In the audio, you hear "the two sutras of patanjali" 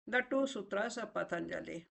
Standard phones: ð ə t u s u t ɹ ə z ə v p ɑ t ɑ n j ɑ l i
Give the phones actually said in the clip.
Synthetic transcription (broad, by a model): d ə t u s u t ɹ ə s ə p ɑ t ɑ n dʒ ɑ l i